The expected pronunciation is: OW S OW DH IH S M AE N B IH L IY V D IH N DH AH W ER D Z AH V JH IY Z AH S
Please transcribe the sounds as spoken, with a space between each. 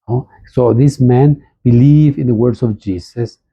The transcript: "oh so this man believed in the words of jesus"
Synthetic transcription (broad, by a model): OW S OW DH IH S M AE N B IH L IY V IH N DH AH W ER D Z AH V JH IY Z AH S